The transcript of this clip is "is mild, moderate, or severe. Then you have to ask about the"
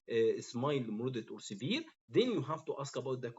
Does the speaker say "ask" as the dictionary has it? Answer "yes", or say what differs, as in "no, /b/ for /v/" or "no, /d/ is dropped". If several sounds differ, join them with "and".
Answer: yes